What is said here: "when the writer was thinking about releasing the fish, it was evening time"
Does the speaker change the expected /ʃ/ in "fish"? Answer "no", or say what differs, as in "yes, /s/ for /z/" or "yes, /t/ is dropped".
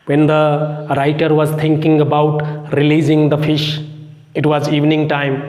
no